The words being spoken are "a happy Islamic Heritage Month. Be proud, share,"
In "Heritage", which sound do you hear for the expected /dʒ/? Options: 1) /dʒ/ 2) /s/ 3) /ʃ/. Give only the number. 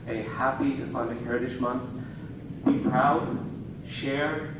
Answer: 3